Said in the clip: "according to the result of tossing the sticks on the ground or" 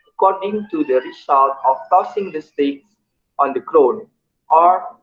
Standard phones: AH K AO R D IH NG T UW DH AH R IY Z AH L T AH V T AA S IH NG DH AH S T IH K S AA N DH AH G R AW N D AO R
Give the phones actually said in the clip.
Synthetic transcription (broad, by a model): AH K AO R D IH NG T UW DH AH R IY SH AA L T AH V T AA S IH NG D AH S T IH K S AA N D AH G R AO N AO R